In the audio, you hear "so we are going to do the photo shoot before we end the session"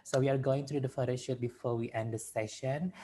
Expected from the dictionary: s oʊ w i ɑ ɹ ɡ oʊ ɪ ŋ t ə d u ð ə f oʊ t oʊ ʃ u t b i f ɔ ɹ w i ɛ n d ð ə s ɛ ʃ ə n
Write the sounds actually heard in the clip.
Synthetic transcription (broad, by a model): s oʊ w i ɑ ɹ ɡ oʊ ɪ ŋ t d u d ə f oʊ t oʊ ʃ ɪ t b i f ɔ ɹ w i ɛ n d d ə s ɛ ʃ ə n